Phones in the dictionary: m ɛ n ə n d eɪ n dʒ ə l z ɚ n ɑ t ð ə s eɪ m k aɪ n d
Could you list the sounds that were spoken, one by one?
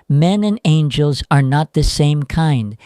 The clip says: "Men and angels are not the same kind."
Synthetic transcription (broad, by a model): m ɛ n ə n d eɪ n dʒ ə l z ɚ n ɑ t ð ə s eɪ m k aɪ n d